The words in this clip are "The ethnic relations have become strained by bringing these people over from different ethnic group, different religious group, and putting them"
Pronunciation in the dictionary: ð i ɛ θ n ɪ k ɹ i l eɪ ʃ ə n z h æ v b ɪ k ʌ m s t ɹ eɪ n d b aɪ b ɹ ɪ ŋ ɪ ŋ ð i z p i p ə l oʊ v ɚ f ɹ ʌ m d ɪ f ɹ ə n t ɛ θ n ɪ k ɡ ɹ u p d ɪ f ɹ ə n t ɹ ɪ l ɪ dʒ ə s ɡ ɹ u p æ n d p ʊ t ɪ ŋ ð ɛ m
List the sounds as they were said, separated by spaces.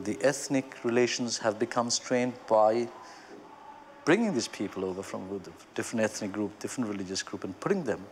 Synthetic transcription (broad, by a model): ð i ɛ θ n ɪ k ɹ i l eɪ ʃ ə n z h æ v b ɪ k ʌ m s t ɹ eɪ n d b aɪ b ɹ ɪ ŋ ɪ ŋ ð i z p i p ə l oʊ v ɚ f ɹ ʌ m d ɪ f ɹ ə n t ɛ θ n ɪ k ɡ ɹ u p d ɪ f ɹ ə n t ɹ ɪ l ɪ dʒ ə s ɡ ɹ u p n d p ʊ t ɪ ŋ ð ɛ m